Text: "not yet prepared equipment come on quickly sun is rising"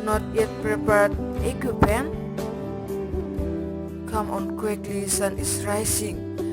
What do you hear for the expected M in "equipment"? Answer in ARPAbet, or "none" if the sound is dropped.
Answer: none